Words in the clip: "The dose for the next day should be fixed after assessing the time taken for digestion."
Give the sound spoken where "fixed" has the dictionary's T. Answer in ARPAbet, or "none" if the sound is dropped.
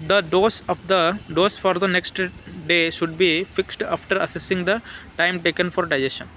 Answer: T